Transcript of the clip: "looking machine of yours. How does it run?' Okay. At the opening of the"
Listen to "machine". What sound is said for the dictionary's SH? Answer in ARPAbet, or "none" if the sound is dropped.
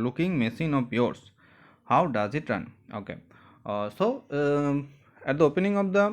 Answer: S